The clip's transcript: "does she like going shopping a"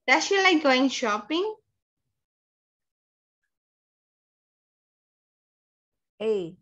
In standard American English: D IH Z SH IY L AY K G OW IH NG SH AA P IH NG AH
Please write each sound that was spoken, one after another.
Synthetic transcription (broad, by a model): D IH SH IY L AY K G OW IH NG SH AA P IH NG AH